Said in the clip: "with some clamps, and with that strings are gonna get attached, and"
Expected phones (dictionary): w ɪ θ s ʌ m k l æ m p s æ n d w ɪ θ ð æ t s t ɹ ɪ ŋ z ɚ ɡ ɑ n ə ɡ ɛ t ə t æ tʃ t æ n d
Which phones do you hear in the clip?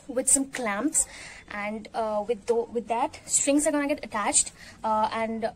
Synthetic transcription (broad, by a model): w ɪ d s ʌ m k l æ m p s æ n d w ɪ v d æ t s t ɹ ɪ ŋ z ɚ ɡ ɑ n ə ɡ ɛ t ə t æ tʃ t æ n d